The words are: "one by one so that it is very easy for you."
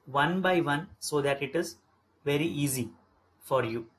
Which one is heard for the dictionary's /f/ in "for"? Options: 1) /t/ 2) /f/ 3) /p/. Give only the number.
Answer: 2